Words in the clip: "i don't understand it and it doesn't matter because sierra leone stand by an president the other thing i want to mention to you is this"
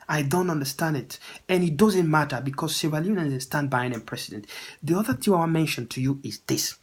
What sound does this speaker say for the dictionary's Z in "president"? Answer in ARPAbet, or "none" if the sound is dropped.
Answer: S